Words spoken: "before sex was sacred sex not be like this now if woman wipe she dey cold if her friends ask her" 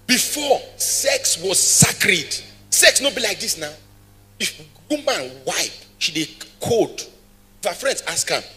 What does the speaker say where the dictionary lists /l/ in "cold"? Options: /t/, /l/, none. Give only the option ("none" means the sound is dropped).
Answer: none